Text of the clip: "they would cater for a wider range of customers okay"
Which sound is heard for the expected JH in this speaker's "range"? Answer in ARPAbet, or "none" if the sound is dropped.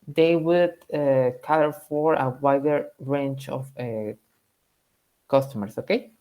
CH